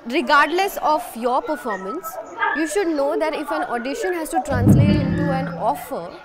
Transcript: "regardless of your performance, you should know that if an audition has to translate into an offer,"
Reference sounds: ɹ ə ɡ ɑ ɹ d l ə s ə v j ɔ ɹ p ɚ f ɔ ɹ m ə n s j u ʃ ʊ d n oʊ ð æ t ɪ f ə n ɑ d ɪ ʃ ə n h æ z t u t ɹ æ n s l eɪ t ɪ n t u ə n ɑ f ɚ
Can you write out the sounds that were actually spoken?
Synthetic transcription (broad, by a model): ɹ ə ɡ ɑ ɹ d l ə s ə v j ɔ ɹ p ɚ f ɔ ɹ m ə n s j u ʃ ʊ d n oʊ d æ t ɪ f ə n ɑ d ɪ ʃ ə n h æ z t u t ɹ æ n s l eɪ t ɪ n t u ə n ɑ f ɚ